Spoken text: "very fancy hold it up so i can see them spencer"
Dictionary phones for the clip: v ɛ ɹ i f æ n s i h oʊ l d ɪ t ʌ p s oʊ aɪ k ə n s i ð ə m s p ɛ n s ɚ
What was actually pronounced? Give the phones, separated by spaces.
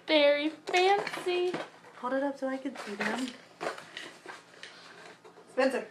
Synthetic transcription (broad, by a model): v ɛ ɹ i f æ n s i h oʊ d ɪ t ʌ p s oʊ aɪ k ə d s i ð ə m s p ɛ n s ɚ